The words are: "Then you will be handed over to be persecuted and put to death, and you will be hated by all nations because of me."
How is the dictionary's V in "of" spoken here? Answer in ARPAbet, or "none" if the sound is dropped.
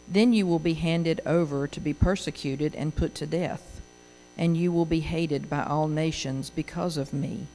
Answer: V